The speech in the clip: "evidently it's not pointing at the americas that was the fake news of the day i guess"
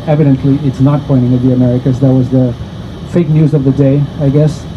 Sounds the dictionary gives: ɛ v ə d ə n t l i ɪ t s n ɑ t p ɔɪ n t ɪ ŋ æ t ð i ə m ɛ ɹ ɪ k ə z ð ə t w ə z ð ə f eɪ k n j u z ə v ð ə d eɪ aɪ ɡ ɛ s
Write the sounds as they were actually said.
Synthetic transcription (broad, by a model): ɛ v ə d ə n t l i ɪ t s n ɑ t p ɔɪ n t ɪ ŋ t ð i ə m ɛ ɹ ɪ k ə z ð ə t w ə z ð ə f eɪ k n j u z ə v ð ə d eɪ aɪ ɡ ɛ s